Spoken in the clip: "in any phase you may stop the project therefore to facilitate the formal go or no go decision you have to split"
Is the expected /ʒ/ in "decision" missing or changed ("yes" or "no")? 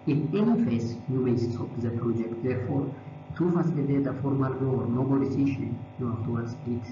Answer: yes